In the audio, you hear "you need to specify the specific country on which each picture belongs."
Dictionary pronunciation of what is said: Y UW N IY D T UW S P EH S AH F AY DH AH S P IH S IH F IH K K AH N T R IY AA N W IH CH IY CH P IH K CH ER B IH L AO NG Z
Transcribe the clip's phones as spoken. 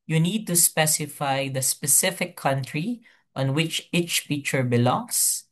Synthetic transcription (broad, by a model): Y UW N IY D T UW S P EH S AH F AY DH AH S P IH S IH F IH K K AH N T R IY AA N W IH CH IY CH F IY CH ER B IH L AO NG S